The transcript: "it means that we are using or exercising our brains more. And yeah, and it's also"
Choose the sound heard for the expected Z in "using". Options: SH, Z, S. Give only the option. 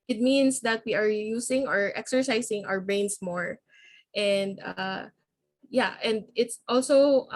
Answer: S